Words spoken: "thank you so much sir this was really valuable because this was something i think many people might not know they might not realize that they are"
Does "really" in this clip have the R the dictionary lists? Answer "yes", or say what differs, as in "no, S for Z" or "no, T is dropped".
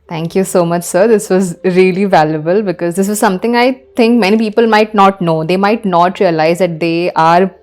yes